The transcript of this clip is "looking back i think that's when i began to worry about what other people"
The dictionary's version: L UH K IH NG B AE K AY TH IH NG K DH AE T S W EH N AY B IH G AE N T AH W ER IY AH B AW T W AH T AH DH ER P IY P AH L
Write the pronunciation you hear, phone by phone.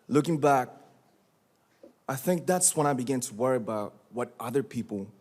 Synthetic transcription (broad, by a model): L UH K IH NG B AE K AY TH IH NG K DH AE T S W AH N AY B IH G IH N T AH W ER IY AH B AW T W AH T AH DH ER P IY P L